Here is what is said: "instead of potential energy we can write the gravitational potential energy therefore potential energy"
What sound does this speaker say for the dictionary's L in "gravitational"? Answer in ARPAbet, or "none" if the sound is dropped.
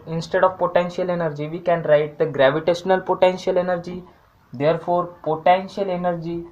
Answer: L